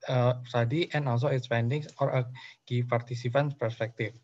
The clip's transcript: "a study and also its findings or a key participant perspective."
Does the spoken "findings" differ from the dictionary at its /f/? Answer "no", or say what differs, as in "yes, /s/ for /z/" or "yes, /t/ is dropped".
yes, /p/ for /f/